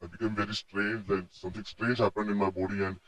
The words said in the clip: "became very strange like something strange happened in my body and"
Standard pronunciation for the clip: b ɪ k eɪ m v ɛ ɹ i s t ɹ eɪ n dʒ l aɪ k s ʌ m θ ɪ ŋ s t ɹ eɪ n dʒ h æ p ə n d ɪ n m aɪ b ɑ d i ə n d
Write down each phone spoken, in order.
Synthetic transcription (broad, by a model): b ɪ k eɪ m v ɛ ɹ i s t ɹ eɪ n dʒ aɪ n s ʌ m t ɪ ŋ s t ɹ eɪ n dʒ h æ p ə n ɪ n m aɪ b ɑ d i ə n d